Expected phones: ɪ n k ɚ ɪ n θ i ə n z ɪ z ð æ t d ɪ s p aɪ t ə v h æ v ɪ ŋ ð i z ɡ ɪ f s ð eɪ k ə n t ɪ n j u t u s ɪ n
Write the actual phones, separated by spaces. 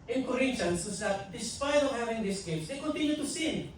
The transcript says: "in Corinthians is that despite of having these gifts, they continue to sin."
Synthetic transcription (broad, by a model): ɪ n k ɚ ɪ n t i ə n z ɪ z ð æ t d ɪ s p aɪ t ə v h æ v ɪ ŋ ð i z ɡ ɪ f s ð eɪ k ə n t ɪ n j u t u s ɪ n